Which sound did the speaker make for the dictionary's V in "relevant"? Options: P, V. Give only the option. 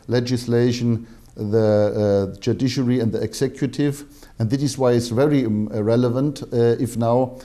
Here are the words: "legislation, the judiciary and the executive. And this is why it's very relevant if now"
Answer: V